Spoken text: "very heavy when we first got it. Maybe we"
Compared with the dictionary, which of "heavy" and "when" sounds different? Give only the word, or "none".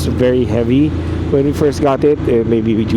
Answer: none